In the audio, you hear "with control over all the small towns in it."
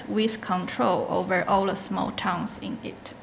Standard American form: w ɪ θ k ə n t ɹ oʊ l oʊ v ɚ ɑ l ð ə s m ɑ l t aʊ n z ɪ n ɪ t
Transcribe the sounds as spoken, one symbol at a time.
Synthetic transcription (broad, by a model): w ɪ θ k ə n t ɹ oʊ l oʊ v ɚ ɑ l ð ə s m ɑ l t aʊ n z ɪ n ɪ t